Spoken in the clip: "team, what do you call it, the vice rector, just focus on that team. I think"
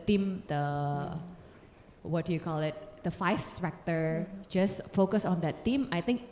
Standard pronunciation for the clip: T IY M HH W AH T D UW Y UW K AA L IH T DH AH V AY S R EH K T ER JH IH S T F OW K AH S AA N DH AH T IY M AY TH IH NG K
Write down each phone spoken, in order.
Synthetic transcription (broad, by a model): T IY M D W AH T D UW Y UW K AA L IH T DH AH F AY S R EH K T ER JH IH S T F OW K AH S AA N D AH T IY M AY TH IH NG K